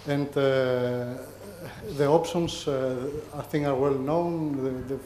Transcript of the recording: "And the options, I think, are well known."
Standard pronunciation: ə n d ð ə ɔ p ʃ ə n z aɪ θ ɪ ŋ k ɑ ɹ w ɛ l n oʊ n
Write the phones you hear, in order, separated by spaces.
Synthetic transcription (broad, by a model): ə n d ð ə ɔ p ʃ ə n s aɪ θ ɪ ŋ ɑ ɹ w ɛ l n oʊ n